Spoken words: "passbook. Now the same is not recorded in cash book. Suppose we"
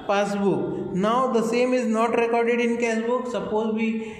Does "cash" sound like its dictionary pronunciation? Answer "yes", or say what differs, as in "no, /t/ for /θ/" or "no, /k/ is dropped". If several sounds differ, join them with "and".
no, /s/ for /ʃ/